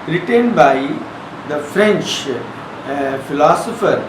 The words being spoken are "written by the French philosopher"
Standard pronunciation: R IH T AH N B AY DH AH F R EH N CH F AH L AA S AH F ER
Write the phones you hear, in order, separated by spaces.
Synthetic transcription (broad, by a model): R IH T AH N B AY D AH F R EH N CH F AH L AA S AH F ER